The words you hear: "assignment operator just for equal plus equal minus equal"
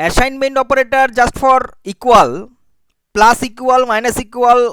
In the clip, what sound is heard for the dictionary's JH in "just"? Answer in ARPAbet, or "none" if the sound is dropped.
JH